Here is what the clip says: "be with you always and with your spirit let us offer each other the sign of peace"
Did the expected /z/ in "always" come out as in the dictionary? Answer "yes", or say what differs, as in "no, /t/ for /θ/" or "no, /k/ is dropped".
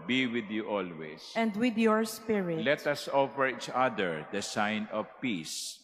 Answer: no, /s/ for /z/